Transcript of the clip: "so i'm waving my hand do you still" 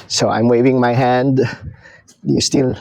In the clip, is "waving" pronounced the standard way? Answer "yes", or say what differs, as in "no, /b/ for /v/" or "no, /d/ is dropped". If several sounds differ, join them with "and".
yes